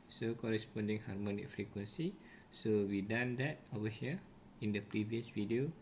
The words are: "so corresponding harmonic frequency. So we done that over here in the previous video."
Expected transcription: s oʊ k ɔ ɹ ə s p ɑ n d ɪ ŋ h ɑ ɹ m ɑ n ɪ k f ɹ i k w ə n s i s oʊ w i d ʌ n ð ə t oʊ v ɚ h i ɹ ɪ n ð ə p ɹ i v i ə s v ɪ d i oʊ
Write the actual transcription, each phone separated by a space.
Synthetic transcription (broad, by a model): s oʊ k ɔ ɹ ə s p ɑ n d ɪ ŋ h ɑ ɹ m ɑ n ɪ k f ɹ i k w ə n s i s oʊ w i d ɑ n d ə t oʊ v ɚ h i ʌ ɪ n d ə p ɹ i v i ə s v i d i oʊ